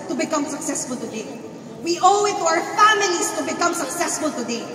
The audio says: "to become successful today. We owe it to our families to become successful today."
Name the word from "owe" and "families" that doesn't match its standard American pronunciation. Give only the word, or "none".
families